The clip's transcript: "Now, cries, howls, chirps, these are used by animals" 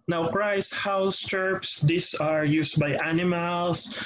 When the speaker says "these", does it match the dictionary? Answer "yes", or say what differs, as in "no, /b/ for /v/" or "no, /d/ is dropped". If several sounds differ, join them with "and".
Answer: no, /s/ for /z/